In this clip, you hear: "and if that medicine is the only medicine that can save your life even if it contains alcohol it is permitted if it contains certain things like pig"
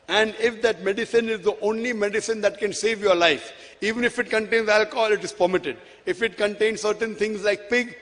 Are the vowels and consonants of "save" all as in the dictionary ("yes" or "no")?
yes